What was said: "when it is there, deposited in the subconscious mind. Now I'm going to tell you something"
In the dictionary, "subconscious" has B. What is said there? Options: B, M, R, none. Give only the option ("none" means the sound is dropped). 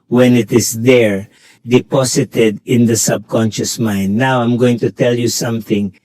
B